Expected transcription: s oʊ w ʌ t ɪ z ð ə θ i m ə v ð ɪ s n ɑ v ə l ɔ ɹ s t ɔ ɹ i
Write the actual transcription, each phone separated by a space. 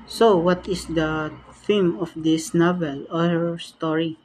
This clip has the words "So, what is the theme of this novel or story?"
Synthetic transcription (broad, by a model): s oʊ w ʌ t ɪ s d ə f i m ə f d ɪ s n ɑ v ə l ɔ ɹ s t ɔ ɹ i